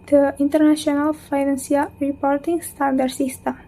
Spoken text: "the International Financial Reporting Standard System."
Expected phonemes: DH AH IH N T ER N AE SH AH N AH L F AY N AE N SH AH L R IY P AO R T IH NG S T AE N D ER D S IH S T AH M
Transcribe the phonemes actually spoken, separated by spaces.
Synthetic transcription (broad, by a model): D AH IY N T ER N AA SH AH N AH L F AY N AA N S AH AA R IY P AO R T IH NG S T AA N D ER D S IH S T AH M